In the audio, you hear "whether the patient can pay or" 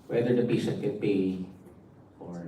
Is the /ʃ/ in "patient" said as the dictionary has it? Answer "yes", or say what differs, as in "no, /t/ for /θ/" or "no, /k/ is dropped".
no, /s/ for /ʃ/